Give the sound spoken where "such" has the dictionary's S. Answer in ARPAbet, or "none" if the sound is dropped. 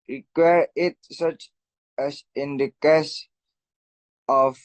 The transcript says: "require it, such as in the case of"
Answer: S